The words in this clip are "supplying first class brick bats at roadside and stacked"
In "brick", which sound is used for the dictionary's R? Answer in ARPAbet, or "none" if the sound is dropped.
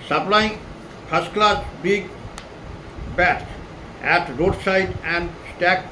none